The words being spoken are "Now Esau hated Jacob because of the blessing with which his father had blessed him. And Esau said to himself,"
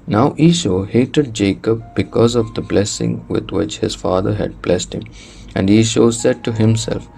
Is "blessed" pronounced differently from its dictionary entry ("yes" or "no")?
no